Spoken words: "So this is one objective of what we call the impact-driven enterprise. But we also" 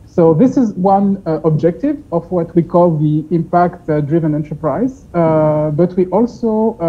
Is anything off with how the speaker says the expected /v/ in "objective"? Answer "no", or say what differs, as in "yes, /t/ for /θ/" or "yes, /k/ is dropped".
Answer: no